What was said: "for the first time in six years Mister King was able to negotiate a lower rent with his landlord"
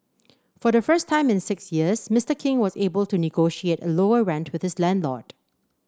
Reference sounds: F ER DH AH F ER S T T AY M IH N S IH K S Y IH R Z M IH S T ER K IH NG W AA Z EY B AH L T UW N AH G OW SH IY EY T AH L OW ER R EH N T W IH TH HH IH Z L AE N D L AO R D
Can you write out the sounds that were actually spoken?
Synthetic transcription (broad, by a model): F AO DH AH F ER S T T AY M IH N S IH K S Y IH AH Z M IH S T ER K IH NG W AA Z EY B AH L T UW N AH G OW SH IY EY T AH L OW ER R EH N T W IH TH HH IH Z L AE N D L AO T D